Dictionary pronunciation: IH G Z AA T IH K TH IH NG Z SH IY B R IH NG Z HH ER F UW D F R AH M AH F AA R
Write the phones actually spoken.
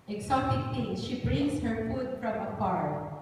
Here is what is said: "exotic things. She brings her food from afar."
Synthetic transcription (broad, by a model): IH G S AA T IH K T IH SH IY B R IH NG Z HH ER F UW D F R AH M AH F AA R